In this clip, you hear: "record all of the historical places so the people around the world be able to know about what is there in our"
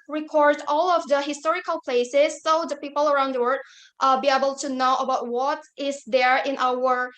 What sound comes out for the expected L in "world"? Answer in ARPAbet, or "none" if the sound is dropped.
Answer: none